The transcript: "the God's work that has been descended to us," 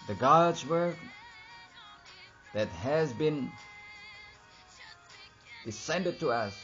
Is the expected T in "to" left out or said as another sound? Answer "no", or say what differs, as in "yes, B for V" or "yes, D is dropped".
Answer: no